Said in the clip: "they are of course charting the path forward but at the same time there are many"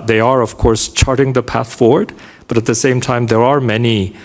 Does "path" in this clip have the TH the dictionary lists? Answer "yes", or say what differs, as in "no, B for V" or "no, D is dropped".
yes